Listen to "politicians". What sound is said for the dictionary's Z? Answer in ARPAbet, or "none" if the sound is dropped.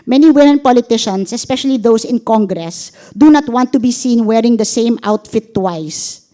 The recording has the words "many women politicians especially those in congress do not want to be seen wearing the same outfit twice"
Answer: S